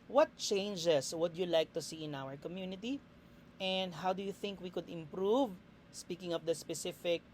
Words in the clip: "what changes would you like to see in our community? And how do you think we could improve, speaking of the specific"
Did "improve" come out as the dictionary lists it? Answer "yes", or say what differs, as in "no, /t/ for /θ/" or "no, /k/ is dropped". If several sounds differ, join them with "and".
yes